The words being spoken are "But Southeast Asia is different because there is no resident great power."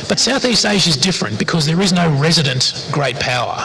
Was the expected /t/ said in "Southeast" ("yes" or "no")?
yes